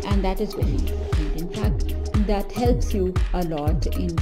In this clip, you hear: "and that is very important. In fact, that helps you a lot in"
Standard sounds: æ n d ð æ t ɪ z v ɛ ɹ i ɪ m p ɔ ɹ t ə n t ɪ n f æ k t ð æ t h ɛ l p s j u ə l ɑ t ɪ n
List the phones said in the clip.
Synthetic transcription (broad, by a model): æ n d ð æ t ɪ z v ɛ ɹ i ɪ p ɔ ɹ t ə t ɪ n f æ k t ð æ t h ɛ l p s j u ə l ɑ t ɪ n